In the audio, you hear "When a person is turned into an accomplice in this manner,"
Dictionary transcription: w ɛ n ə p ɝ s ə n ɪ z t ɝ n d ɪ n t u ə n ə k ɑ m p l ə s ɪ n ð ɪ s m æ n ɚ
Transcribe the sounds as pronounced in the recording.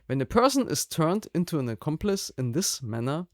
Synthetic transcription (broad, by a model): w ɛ n ə p ɝ s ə n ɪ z t ɝ n d ɪ n t u ə n ə k ɑ m p l ə s ɪ n ð ɪ s m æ n ɚ